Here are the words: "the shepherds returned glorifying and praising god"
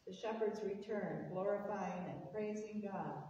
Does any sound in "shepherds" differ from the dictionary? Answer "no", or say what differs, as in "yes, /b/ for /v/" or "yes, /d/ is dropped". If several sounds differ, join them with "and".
no